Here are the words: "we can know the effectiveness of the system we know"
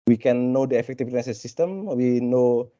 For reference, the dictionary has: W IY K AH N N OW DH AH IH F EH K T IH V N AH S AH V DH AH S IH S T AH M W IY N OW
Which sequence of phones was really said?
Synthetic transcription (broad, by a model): W IY K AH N N OW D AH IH F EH K T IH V AH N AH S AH S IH S T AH M W IY N OW